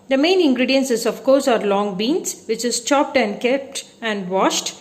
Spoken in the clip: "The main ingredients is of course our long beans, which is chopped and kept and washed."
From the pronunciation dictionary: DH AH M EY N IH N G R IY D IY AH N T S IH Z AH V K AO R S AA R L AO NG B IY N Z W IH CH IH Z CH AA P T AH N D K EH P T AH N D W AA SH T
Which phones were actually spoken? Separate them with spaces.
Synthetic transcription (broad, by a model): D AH M EY N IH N G R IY D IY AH N S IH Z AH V K AO R S AA R L AO NG B IY N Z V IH CH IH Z CH AA P T AH N D K EH P T AH N D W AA SH T